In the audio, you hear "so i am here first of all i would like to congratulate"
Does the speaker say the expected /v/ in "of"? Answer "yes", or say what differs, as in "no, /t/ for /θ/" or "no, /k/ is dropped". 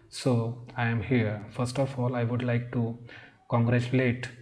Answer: no, /f/ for /v/